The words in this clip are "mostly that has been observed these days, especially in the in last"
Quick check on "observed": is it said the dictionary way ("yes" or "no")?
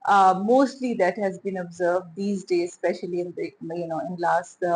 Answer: yes